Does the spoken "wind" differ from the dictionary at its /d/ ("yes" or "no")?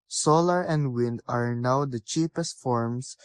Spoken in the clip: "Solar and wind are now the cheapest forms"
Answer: no